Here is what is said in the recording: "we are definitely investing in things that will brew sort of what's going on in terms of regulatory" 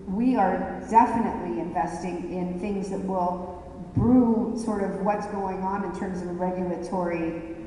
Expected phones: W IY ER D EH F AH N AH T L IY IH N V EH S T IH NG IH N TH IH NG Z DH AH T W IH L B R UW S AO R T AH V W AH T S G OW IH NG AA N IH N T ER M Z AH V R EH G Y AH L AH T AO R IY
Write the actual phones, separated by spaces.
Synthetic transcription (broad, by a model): W IY ER D EH F AH N AH T L IY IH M V EH S T IH NG IH N TH IH NG Z DH AH T W IH L B R UW S AO R T AH V W AH T S G OW IH NG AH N IH N T ER M Z AH V R EH G Y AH L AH T AO R IY